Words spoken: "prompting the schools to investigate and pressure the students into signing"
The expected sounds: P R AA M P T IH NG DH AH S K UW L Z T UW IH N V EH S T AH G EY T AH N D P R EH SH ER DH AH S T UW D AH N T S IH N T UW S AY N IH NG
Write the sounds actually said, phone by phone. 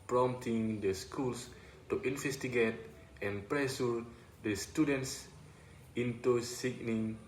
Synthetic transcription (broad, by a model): P R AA M T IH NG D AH S K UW L S T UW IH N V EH S T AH G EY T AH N P R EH S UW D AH S T UW D AH N T S IH N T UW S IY N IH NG